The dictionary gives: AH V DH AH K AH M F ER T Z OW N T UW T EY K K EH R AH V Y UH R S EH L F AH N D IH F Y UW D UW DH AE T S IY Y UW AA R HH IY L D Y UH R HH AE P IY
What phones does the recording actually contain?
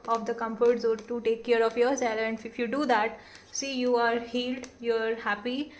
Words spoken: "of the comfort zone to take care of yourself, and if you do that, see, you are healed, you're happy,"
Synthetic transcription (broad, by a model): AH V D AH K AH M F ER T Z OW T UW T EY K K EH R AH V Y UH R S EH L AH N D IH F Y UW D UW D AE T S IY Y UW AA R HH IY L D Y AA R HH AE P IY